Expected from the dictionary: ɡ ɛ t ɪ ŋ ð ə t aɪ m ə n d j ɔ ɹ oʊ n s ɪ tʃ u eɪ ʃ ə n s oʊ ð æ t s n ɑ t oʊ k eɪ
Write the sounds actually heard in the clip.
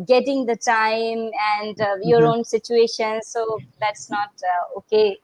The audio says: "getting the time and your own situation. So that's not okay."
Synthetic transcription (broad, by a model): ɡ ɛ t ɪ ŋ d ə t aɪ m ə n d j ɔ ɹ oʊ n s ɪ tʃ u eɪ ʃ ə n s oʊ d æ t s n ɑ t oʊ k eɪ